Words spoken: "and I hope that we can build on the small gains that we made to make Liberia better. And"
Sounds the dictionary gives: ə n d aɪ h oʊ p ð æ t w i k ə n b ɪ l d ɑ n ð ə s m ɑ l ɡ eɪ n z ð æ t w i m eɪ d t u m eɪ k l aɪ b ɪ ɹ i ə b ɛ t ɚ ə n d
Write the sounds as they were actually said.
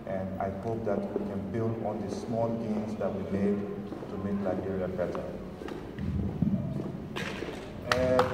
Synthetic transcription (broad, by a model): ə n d aɪ h oʊ p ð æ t w i k ə n b ɪ l d ɑ n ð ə s m ɑ l ɡ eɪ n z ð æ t w i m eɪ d t u m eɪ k l aɪ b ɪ ɹ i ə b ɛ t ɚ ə